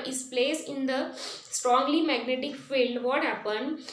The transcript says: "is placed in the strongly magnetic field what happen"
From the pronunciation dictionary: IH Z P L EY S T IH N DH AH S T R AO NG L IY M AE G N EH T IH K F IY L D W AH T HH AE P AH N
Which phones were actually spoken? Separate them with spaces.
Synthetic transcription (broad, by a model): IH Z P L EY S IH N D AH S T R AO NG L IY M AE G N EH T IH K F IY L D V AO T HH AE P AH N